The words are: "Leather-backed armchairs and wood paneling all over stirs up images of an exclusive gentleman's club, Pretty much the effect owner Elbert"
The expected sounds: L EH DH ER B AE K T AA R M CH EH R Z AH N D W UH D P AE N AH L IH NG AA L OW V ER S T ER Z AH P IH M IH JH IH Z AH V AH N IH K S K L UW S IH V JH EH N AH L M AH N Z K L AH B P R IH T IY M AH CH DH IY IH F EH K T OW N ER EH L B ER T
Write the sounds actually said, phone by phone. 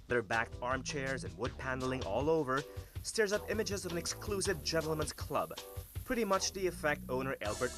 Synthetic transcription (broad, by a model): DH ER B AE K T AA R M CH EH R Z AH N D W UH D P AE N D L IH NG AA L OW V ER S T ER Z AH P IH M IH JH IH Z AH V AH N IH K S K L UW S IH V JH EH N L M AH N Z K L AH B P R IH T IY M AH CH DH IY IH F EH K T OW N ER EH L B ER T